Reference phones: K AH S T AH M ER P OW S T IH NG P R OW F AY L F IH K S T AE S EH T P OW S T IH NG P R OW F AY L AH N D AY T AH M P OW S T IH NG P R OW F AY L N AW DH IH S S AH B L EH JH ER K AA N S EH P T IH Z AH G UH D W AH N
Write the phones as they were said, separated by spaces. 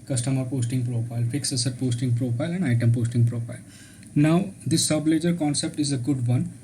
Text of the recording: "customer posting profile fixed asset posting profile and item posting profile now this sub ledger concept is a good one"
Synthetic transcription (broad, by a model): K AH S T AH M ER P OW S T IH NG P R OW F AY L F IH K S AH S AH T P OW S T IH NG P R OW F AY L AH N D AY T AH M P OW S T IH NG P R OW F AY L N AW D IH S S AH B L EH JH ER K AA N S EH P T IH Z AH G UH D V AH N